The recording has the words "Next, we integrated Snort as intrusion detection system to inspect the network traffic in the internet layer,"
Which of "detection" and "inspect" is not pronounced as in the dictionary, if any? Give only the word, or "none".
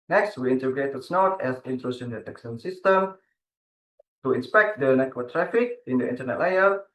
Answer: detection